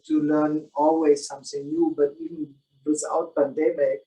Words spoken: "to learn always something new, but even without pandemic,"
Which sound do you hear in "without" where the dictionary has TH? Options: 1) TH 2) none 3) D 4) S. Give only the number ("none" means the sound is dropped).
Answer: 4